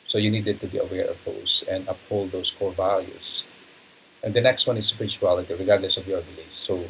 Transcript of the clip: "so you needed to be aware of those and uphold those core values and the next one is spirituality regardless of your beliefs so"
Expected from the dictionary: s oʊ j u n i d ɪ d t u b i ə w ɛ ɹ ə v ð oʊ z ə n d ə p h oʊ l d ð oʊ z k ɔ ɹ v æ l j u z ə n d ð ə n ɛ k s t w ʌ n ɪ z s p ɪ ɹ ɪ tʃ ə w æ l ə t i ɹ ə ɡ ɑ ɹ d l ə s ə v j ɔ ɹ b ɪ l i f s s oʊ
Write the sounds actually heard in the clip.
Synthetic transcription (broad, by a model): s oʊ j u n i d ɪ d t u b i ə w ɛ ɹ ə v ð oʊ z ə n d ə p h oʊ l d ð oʊ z k ɔ ɹ v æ l j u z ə n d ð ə n ɛ k s t w ʌ n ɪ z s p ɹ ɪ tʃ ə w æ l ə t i ɹ ə ɡ ɑ ɹ d l ə s ə v j ɔ ɹ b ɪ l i s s oʊ